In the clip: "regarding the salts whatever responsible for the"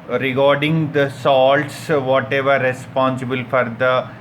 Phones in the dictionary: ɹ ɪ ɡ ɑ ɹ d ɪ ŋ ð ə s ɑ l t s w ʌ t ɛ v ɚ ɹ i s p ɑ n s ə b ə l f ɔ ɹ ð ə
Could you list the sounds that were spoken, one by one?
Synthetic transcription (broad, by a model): ɹ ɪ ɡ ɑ ɹ d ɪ ŋ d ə s ɑ l t s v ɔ t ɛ v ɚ ɹ i s p ɑ n s ə b ə l f ɔ ɹ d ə